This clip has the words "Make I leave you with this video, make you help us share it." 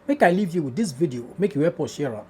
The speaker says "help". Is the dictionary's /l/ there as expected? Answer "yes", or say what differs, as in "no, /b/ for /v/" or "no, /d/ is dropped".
no, /l/ is dropped